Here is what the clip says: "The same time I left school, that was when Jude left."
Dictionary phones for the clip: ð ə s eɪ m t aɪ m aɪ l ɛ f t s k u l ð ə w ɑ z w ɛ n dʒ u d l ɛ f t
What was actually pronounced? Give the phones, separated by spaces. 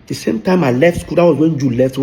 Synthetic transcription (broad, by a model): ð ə s eɪ m t aɪ m aɪ l ɛ f t s k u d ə w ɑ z w ɛ n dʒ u l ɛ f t